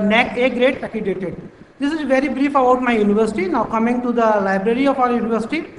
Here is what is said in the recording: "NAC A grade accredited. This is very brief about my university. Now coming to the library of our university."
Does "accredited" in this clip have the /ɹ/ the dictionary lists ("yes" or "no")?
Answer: no